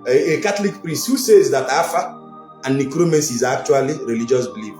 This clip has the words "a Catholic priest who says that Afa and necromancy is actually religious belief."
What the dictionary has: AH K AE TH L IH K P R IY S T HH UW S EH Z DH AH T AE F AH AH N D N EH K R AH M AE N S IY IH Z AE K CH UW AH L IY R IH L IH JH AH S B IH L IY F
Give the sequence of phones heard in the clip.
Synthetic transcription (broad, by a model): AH K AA T L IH K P R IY S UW S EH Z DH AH T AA F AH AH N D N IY K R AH M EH S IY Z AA K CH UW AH L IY R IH L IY JH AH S B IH L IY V